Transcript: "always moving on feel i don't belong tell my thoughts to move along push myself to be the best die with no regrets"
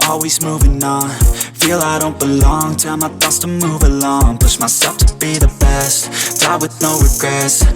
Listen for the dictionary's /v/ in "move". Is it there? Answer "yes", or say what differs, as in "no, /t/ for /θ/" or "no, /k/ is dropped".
yes